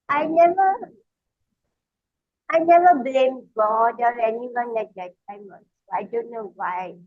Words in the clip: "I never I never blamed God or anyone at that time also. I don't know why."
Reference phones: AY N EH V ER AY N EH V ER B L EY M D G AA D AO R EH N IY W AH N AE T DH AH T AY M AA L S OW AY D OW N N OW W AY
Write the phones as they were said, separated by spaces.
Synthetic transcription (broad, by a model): AY N EH V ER AY N EH V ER B L EY M G AA D AO R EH N IY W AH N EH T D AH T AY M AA N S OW AY D OW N N OW W AY